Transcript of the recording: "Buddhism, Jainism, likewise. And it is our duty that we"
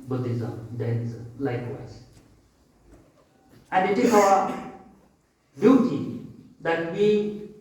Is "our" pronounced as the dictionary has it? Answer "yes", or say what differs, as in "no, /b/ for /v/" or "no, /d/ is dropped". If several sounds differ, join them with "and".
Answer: no, /w/ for /ɹ/